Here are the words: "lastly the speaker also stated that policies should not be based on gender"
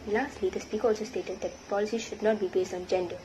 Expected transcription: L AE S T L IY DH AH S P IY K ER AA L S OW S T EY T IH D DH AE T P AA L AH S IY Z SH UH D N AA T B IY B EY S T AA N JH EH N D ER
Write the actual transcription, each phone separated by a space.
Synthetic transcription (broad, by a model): L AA S T L IY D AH S P IY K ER AA L S OW S T EY T IH D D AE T P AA L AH S IY SH UH D N AA T B IY B EY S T AA N JH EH N D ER